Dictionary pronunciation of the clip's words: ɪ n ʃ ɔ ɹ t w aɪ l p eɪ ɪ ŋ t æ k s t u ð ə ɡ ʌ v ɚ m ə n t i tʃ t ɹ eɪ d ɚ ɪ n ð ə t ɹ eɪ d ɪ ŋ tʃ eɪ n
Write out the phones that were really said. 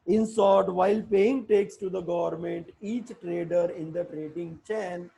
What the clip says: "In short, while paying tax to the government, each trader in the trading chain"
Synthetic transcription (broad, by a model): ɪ n s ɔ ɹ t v aɪ l p eɪ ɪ ŋ t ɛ k s t u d ə ɡ ʌ v ɚ m ə n t i tʃ t ɹ eɪ d ɚ ɪ n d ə t ɹ eɪ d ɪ ŋ tʃ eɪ n